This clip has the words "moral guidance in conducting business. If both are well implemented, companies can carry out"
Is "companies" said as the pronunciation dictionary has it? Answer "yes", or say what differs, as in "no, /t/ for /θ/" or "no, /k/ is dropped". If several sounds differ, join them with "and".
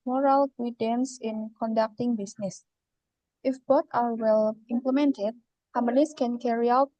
no, /p/ is dropped and /s/ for /z/